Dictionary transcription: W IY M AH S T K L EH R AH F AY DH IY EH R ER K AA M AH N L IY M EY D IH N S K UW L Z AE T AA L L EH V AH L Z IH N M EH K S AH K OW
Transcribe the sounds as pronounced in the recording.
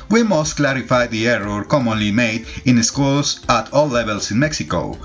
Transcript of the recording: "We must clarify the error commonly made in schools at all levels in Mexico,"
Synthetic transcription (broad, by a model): W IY M AH S T K L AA R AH F AY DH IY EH R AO K AA M AH N L IY M EY D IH N S K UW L S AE T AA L L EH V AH L S IH N M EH K S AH K OW